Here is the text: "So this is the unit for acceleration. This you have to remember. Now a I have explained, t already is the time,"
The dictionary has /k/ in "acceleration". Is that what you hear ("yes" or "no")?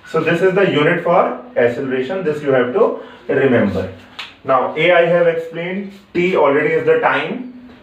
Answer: no